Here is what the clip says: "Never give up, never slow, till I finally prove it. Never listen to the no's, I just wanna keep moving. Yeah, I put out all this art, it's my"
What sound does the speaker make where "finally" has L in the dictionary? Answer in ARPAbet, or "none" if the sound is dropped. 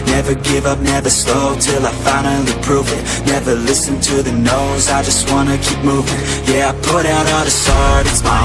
N